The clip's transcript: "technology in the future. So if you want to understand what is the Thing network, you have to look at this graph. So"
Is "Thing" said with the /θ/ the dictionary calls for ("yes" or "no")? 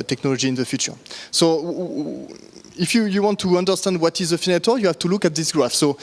no